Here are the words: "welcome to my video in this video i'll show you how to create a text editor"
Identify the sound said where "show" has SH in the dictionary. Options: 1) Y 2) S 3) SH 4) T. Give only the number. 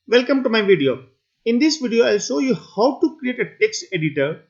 2